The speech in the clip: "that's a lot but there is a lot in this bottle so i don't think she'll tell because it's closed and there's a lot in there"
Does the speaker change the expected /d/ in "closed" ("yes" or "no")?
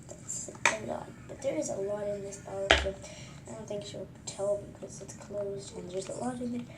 no